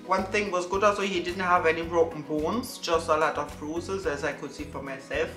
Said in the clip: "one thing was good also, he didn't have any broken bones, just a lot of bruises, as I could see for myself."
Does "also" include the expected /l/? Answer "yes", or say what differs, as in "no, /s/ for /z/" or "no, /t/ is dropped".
no, /l/ is dropped